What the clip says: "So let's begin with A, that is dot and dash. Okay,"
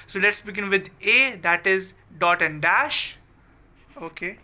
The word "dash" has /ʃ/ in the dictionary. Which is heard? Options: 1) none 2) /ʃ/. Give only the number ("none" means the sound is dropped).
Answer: 2